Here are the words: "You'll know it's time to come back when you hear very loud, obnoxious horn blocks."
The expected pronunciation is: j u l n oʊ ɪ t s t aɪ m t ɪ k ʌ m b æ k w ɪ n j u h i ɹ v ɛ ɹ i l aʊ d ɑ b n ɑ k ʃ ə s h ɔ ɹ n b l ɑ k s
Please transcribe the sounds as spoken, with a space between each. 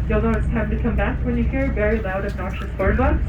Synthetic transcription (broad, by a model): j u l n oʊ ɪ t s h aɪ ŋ t ɪ k ʌ m b æ k w ɪ n j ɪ h i ɹ v ɛ ɹ i l aʊ d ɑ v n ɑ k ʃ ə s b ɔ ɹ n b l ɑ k